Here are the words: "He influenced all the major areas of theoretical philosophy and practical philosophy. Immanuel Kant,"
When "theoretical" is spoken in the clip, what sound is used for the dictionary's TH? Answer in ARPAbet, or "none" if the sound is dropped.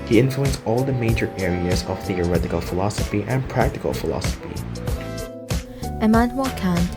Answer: TH